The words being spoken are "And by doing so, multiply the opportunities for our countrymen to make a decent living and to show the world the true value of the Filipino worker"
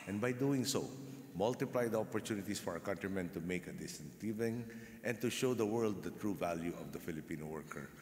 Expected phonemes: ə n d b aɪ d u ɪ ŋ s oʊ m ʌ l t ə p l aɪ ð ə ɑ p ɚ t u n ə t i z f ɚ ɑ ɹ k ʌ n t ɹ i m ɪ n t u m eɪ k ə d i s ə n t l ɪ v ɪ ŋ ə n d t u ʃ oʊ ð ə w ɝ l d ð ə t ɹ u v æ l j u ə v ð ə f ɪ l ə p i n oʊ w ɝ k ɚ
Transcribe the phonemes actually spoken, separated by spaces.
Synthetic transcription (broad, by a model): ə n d b aɪ d u ɪ ŋ s oʊ m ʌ l t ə p l aɪ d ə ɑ p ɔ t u n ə t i s f ɑ ɹ k ʌ n t ɹ i m ɪ n t u m eɪ k ə d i s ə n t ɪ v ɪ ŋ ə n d t u ʃ oʊ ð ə w ɝ l d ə t ɹ u v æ l j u ə v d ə f ɪ l ə p i n oʊ w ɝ k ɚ